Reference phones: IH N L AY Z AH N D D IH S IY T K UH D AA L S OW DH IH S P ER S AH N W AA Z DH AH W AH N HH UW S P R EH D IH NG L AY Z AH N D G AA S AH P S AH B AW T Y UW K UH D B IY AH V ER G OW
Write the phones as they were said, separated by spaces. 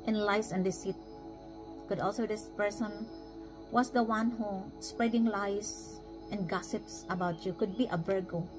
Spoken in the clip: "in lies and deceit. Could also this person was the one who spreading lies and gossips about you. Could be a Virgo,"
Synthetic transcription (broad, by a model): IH N L AY S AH N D D IH S IY T K UH D AA L S OW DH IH S P ER S AH N W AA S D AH W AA N HH UW S P R EH D IH NG L AY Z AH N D G AA S AH P S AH B AW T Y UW K UH D B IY AH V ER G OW